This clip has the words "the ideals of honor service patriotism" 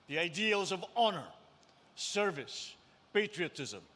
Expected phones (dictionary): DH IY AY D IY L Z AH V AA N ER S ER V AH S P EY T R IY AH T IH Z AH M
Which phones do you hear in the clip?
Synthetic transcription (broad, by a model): DH IY AY D IY L Z AH V AA N ER S ER V AH S P EY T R IY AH T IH Z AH M